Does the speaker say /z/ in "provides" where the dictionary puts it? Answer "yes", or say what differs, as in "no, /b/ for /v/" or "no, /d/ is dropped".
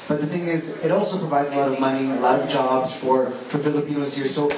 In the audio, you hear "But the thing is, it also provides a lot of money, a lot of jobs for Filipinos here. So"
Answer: yes